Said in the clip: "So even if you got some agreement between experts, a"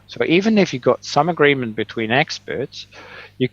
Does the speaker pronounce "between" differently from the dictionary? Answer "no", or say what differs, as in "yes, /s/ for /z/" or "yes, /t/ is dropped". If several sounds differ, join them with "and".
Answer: no